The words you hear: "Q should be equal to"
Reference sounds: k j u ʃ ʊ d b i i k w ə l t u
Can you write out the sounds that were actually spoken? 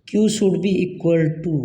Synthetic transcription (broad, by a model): k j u s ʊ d b i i k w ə l t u